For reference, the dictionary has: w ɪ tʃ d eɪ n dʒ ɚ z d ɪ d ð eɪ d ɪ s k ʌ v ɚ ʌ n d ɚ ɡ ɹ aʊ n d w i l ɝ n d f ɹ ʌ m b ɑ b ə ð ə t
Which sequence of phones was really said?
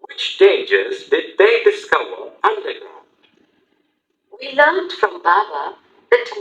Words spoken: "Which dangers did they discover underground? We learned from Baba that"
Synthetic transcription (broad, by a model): w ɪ tʃ d eɪ n dʒ ɚ z d ɪ d ð eɪ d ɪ s k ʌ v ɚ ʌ n d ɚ ɡ ɹ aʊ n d w i l ɝ n d f ɹ ʌ m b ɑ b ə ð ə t